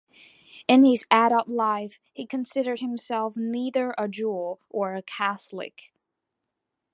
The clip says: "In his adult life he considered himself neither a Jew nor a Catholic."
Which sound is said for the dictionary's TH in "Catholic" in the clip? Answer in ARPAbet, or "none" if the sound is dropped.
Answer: TH